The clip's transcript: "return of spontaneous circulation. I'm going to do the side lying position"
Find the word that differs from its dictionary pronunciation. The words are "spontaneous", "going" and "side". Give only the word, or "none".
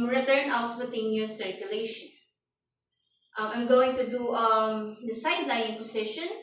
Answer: spontaneous